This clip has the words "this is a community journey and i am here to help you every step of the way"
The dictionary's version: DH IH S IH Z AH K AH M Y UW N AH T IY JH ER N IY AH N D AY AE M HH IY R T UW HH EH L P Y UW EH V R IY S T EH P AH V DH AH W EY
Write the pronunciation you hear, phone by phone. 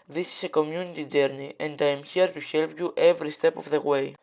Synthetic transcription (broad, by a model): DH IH S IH S AH K AH M Y UW N AH T IY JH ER N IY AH N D AY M HH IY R T UW HH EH L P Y UW EH V R IY S T EH P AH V DH AH W EY